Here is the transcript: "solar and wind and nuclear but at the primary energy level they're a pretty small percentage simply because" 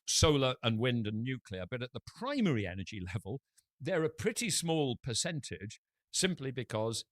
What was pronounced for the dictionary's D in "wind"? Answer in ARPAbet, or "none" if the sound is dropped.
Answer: D